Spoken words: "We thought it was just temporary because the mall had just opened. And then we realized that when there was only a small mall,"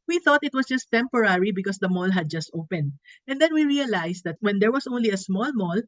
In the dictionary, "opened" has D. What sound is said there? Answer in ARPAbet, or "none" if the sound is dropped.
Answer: D